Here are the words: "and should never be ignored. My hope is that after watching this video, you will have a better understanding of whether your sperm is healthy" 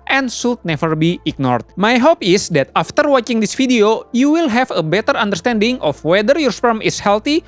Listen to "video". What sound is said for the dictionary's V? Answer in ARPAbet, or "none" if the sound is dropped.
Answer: F